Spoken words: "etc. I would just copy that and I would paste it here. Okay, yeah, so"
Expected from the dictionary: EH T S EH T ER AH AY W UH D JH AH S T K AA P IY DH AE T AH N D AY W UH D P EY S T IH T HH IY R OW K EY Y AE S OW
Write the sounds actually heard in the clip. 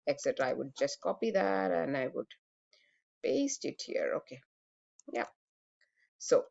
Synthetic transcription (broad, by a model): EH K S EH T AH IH W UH D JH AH S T K AA P IY DH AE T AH N AY W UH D B EY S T IH T HH IY R OW K EY Y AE S OW